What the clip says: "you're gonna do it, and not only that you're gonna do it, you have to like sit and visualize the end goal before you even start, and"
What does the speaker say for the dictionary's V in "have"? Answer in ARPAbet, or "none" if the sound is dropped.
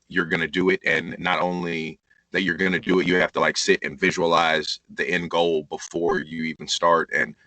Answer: F